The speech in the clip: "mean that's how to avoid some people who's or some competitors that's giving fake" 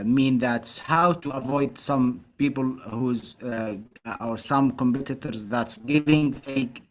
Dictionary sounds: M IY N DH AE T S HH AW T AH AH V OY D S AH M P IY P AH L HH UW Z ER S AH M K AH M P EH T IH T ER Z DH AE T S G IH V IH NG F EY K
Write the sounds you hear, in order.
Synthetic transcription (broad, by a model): M IY N DH AE T S HH AW T AH AH V OY D S AH M P IY P AH L HH UW Z ER S AH M K AH M P EH T IH T ER Z DH AE T S G IH V IH NG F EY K